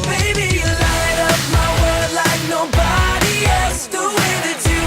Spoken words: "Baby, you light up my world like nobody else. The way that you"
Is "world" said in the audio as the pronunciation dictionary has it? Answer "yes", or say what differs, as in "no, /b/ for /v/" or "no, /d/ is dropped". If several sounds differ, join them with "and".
no, /l/ is dropped